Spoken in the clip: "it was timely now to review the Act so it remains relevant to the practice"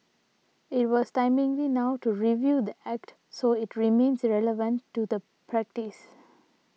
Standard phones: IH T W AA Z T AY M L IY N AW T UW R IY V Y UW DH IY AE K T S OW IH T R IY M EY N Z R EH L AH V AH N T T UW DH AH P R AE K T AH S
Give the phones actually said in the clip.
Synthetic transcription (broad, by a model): IH T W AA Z T AY M L IY N AW T UW R IY V Y UW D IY AE K T S OW IH T R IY M EY N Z R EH L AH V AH N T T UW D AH P R AE K T AH S